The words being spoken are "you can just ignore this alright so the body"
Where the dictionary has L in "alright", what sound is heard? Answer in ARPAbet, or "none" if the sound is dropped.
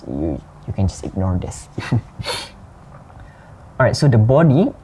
none